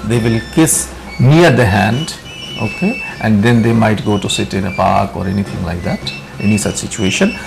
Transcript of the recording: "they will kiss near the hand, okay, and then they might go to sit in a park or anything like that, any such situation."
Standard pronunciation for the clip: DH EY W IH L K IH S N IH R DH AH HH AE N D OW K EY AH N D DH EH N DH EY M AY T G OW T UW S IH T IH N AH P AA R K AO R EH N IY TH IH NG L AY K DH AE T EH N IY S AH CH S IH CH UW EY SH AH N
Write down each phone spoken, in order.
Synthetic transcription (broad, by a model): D EY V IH L K IH S N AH R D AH HH AE N D OW K EY AH N D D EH N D EY M AY T G OW T UW S IH T IH N AH P AA R K AO R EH N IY T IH NG L AY K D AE T EH N IY S AH CH S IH CH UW EY SH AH N